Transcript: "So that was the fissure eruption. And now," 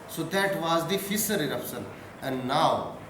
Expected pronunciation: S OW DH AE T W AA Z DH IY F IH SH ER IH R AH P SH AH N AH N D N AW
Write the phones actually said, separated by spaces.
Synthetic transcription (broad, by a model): S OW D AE T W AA Z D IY F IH S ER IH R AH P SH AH N AH N D N AW